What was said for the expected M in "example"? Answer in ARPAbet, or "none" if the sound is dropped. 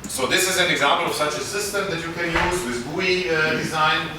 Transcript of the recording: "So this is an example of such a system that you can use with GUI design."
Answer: M